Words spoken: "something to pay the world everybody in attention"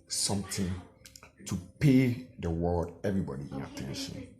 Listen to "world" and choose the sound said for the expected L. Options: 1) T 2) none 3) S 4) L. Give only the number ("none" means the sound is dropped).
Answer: 2